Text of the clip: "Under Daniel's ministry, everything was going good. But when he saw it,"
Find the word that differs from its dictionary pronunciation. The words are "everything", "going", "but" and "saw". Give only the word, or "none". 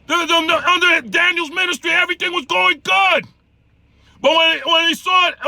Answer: none